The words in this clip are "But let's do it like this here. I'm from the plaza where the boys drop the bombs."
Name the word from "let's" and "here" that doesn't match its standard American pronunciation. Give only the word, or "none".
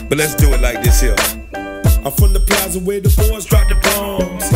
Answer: here